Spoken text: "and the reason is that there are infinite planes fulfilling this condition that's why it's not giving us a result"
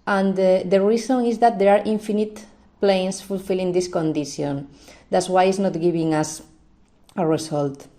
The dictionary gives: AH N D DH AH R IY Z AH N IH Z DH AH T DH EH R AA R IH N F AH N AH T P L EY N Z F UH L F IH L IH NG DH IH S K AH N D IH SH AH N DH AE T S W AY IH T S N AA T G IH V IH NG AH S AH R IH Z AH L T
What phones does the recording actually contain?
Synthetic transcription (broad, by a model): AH N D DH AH R IY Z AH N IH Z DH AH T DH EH R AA R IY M F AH N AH T P L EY N S F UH L F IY L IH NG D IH S K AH N D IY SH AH N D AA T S W AY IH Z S N AA T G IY B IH NG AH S AH R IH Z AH L T